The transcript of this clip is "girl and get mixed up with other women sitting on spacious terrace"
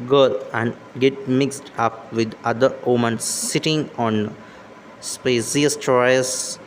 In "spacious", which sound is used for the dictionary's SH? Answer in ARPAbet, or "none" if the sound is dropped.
S